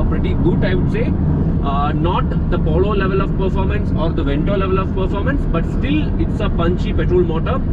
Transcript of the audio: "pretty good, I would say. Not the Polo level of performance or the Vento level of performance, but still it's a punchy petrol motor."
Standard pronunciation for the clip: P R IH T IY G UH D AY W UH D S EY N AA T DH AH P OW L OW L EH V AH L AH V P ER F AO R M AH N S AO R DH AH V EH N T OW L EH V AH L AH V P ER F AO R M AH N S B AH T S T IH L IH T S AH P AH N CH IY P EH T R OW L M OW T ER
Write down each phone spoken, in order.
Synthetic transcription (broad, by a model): P R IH T IY G UH D AY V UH D S EY N AA T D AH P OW L OW L EH V AH L AH V P ER F AO R M AH N S AO R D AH V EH N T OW L EH V AH L AH V P ER F AO R M AH N S B AH T S T IH L IH T S AH P AH N CH IY P EH T R OW L M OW T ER